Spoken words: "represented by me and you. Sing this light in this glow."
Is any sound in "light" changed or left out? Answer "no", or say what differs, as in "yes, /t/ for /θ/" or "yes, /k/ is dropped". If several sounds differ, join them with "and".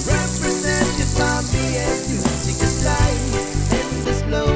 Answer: yes, /t/ is dropped